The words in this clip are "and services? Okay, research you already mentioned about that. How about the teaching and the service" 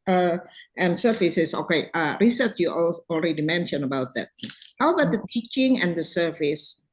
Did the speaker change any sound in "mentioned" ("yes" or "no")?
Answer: yes